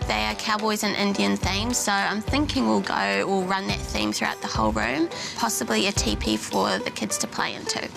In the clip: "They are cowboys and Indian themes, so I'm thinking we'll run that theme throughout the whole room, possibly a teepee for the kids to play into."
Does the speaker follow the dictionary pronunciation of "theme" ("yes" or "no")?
yes